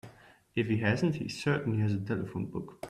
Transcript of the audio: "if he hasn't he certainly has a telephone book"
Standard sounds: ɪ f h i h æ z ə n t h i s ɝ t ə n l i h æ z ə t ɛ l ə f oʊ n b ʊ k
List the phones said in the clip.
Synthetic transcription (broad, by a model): ɪ f h i h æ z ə n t h i s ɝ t n i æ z ə t ɛ l ə f oʊ n b ʊ k